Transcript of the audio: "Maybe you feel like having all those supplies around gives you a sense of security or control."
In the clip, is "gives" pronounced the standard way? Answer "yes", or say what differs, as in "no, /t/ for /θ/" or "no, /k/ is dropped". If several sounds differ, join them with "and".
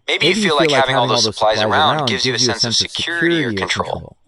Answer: yes